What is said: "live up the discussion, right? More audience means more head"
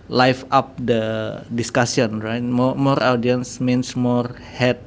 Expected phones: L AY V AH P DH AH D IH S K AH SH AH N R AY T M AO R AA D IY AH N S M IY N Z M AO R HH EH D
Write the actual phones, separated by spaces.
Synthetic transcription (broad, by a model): L AY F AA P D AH D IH S K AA S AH N R AY T M AO R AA D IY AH N S M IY N S M AO R HH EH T